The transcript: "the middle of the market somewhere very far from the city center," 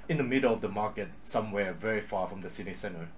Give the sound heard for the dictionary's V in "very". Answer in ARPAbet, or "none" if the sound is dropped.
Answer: V